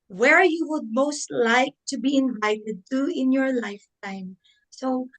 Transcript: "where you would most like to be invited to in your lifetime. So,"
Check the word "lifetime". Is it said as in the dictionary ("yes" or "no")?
yes